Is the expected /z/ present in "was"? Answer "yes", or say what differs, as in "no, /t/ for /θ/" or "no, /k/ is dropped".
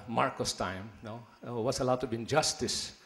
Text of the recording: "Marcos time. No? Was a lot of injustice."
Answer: no, /s/ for /z/